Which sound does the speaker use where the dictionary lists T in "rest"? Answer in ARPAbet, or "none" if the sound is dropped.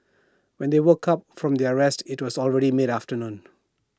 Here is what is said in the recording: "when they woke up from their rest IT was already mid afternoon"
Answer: T